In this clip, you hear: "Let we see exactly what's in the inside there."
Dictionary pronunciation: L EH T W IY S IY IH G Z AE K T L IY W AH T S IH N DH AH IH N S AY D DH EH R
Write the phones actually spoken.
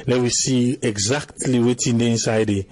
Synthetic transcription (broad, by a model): L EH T W IY S IY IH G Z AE K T L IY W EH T IH N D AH IH N S AY D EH